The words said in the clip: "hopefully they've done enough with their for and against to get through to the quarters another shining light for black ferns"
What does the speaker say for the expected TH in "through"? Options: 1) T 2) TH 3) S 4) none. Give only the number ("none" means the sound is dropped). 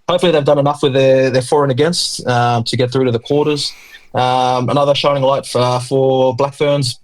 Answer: 2